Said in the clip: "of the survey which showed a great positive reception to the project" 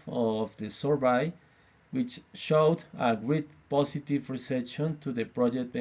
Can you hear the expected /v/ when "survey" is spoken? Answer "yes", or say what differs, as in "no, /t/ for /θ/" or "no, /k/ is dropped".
no, /b/ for /v/